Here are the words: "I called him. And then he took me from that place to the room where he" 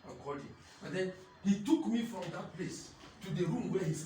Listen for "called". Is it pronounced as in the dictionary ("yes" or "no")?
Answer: no